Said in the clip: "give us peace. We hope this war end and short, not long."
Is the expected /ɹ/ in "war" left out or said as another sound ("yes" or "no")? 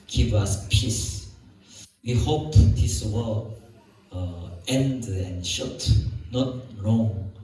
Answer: yes